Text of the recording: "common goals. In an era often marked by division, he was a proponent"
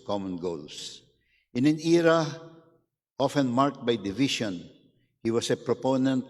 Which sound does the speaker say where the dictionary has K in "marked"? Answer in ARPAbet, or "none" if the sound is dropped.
K